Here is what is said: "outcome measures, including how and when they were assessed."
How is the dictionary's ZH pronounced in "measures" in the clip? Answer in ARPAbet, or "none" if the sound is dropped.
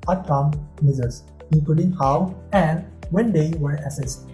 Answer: Z